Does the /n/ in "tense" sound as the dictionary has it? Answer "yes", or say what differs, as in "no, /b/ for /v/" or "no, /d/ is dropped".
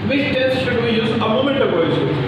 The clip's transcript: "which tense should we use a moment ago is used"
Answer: no, /n/ is dropped